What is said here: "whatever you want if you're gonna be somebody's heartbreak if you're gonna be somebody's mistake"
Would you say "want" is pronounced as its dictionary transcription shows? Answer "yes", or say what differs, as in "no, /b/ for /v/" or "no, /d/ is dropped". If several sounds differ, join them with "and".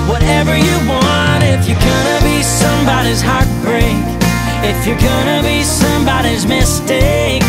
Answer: yes